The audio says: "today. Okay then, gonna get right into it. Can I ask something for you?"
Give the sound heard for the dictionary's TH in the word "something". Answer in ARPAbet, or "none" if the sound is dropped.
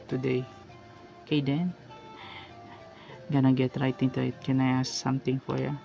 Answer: T